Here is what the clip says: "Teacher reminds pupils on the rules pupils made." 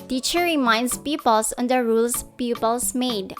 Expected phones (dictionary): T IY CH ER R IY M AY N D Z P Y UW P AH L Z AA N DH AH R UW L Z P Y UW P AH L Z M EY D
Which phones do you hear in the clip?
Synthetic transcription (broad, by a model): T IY CH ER R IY M AY N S P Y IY P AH L S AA N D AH R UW L S P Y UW P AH L S M EY D